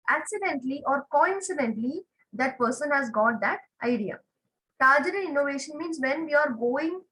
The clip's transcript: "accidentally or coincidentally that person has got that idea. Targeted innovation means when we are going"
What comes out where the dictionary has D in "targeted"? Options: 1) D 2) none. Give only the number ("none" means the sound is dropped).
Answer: 2